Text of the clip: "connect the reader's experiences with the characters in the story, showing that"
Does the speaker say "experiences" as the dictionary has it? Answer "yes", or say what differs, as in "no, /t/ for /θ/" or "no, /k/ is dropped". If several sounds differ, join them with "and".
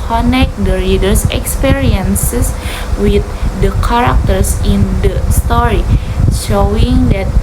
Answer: no, /s/ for /z/